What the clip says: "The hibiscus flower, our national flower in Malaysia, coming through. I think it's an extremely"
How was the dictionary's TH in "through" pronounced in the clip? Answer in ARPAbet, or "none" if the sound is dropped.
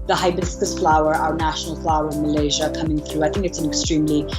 TH